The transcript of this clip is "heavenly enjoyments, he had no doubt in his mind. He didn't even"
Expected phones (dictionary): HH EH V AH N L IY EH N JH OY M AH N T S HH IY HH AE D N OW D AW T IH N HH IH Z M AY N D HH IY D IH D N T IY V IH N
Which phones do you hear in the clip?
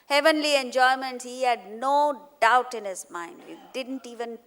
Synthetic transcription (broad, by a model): HH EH V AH N L IY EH N JH OY M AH N T HH IY HH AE D N OW D AW T IH N HH IH Z M AY N D HH IY D IH D N T IY V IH N